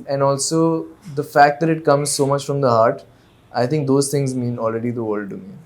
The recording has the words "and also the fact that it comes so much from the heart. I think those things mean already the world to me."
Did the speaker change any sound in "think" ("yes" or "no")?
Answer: yes